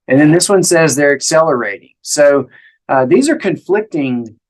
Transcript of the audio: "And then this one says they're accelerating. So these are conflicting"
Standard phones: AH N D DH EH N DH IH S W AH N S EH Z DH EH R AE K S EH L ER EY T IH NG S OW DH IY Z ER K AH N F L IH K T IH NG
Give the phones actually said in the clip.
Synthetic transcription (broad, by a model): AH N DH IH N DH IH S W AH N S EH Z DH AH R AE K S EH L ER EY T IH NG S OW DH IY Z ER K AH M F L IH K T IH NG